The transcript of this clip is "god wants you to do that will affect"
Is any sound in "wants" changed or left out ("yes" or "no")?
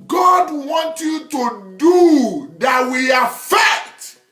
yes